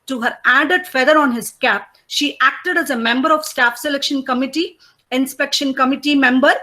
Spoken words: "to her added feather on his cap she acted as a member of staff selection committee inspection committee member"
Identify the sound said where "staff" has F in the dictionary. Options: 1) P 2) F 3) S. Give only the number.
2